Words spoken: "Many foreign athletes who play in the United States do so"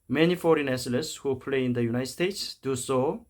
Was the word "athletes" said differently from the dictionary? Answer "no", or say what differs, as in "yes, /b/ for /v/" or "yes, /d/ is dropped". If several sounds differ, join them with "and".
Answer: yes, /s/ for /θ/ and /s/ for /t/